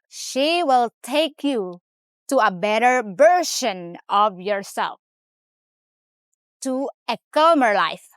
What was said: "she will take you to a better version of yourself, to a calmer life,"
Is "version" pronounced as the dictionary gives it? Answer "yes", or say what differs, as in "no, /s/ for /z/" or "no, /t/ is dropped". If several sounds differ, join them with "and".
no, /b/ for /v/ and /ʃ/ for /ʒ/